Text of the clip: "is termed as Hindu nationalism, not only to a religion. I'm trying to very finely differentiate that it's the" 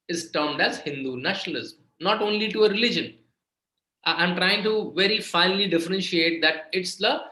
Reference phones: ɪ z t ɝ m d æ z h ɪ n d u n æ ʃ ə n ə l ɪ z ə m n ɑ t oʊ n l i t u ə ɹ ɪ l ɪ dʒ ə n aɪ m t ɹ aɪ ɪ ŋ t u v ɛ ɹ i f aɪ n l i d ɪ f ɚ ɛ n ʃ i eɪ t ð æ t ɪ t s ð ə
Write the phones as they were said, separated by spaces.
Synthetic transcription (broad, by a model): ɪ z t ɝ m d æ z h ɪ n d u n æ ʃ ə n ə l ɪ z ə m n ɑ t oʊ n l i t u ə ɹ ɪ l ɪ dʒ ə n aɪ m t ɹ aɪ ɪ ŋ t u v ɛ ɹ i f aɪ n l i d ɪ f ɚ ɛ n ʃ i eɪ t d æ t ɪ t s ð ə